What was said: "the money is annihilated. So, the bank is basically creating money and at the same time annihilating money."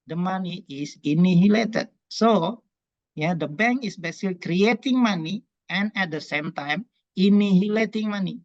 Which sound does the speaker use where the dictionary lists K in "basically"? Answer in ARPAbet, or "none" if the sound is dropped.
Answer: none